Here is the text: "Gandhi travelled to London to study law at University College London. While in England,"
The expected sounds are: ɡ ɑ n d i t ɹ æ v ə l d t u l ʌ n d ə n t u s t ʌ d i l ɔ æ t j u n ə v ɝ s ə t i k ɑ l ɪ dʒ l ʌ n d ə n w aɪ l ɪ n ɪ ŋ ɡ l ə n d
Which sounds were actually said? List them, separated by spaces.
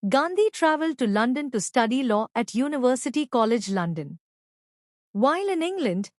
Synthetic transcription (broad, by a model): ɡ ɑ n d i t ɹ æ v ə l d t u l ʌ n d ə n t u s t ʌ d i l ɔ æ t j u n ə v ɝ s ə t i k ɑ l ɪ dʒ l ʌ n d ə n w aɪ l ɪ n ɪ ŋ ɡ l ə n d